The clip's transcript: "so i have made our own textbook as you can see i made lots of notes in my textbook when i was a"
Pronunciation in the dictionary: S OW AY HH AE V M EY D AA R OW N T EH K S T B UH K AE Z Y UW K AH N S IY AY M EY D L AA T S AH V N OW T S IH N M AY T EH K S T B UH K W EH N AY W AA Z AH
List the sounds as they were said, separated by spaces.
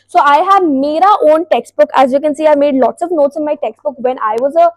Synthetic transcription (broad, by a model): S OW AY HH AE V M EY D AA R OW N T EH K S T B UH K AE Z Y UW K AH N S IY AY M EY D L AA T S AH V N OW T S IH N M AY T EH K S T B UH K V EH N AY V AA Z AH